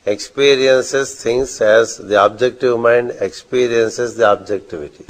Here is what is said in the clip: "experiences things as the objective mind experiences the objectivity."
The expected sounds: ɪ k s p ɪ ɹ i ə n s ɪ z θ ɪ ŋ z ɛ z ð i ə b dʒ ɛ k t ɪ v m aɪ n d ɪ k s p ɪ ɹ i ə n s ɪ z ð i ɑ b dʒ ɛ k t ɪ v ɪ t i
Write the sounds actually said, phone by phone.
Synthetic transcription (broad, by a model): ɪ k s p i ɹ i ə n s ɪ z t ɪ ŋ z ɛ z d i ə b dʒ ɛ k t ɪ v m aɪ n d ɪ k s p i ɹ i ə n s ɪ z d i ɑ b dʒ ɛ k t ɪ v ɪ t i